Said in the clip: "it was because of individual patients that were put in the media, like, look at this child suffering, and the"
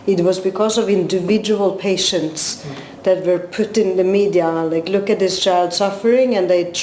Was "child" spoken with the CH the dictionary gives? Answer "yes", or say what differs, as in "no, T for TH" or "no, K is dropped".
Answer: yes